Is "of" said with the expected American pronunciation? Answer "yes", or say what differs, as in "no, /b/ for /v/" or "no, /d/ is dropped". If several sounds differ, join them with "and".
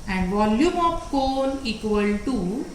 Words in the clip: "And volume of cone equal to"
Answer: no, /p/ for /v/